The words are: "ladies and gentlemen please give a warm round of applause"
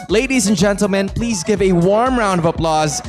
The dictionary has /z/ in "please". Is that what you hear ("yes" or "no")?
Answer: yes